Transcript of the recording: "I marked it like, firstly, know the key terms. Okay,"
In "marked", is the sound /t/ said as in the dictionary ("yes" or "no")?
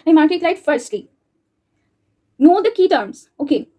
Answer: no